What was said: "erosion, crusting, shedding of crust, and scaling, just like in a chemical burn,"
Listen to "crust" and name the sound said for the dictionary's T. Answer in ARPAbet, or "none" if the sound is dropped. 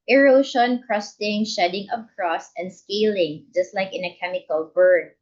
none